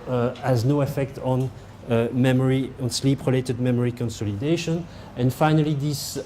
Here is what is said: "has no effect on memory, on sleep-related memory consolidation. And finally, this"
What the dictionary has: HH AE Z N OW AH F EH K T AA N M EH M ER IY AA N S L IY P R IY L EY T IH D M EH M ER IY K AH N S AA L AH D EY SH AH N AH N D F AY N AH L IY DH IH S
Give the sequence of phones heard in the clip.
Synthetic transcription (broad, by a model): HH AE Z N OW AH F EH K T AA N M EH M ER IY AA N S L IY P R IY L EY T IH D M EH M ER IY K AH N S AA L AH D EY SH AH N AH N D F AY N AH L IY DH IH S